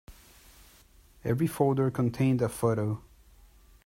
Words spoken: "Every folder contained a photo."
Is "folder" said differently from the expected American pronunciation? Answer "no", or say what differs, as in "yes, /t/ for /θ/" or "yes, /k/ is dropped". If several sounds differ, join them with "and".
no